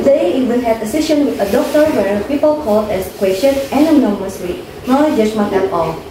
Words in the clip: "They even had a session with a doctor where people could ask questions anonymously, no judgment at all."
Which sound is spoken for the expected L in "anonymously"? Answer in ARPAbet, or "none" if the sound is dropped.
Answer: W